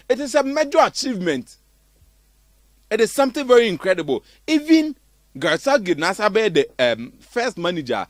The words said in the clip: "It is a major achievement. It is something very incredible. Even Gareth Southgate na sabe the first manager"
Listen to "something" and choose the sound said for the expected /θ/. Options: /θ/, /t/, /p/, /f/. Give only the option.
/t/